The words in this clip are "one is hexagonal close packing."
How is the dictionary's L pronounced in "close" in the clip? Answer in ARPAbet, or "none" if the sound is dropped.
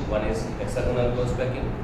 none